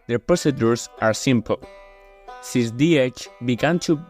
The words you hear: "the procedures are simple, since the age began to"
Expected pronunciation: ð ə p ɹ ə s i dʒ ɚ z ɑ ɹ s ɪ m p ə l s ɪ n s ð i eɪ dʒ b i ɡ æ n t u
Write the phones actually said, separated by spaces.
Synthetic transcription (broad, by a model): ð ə p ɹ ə s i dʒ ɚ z ɑ ɹ s ɪ m p ə l s ɪ n s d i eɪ tʃ b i ɡ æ n t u